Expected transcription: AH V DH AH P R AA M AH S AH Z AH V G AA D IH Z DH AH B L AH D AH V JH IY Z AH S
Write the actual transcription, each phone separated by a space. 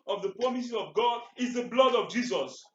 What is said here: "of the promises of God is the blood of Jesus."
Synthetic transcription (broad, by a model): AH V DH AH P R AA M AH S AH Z AH V G AA D IH Z DH AH B L AH D AH V JH IY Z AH S